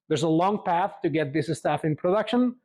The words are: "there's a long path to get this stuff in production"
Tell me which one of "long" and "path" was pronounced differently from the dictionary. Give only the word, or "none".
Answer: none